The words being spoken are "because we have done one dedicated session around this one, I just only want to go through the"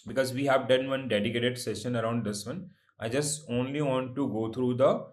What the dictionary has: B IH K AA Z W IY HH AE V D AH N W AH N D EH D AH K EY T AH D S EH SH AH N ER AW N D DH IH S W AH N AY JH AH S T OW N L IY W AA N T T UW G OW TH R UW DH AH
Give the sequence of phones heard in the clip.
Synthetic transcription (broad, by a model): B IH K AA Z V IY HH AE V D AH N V AH N D EH D AH K EY T AH D S EH SH AH N ER AW N D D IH S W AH N AY JH AH S T OW N L IY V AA N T T UW G OW T R UW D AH